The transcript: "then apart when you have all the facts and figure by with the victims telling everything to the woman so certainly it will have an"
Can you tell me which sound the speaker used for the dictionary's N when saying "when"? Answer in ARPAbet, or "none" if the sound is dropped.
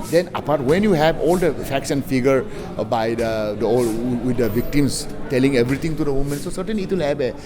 N